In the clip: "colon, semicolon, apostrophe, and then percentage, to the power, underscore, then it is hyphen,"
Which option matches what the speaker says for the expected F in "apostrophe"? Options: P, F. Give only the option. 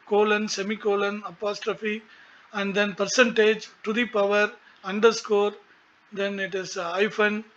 F